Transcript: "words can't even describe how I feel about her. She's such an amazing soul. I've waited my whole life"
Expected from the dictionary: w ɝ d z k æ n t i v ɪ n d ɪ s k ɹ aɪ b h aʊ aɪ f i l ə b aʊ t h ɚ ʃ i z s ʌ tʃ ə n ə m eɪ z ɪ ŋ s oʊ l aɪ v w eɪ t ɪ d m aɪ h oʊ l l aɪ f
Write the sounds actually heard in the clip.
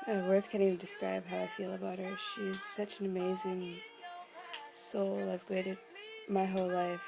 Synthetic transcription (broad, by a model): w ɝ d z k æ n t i ɪ d ɪ s k ɹ aɪ b h aʊ aɪ f i l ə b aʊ t h ɚ ʃ i z s ʌ tʃ n ə m eɪ z ɪ ŋ s oʊ l aɪ v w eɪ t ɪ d m aɪ h oʊ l l aɪ f